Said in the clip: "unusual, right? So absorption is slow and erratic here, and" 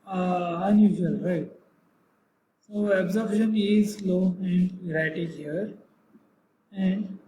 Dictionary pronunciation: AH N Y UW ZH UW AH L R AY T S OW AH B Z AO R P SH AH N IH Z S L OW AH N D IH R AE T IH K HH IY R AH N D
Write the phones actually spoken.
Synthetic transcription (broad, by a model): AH N Y UW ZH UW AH L R AY T S OW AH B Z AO R B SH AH N IH Z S L OW AH N D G R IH T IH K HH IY R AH N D